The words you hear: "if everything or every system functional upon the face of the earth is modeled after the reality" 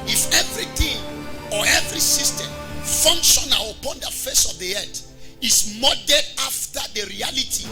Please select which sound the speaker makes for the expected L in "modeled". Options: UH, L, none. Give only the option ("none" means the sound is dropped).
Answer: none